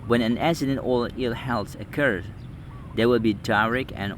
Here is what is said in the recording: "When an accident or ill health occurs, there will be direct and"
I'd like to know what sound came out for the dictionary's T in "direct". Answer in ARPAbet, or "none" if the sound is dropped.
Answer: none